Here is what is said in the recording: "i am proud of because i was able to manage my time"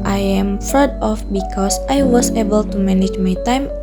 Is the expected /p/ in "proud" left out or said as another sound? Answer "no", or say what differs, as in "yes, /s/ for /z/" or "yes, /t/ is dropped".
yes, /f/ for /p/